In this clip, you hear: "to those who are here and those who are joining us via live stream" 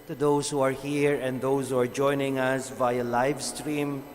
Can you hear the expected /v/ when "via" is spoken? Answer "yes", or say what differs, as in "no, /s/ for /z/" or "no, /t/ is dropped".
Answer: yes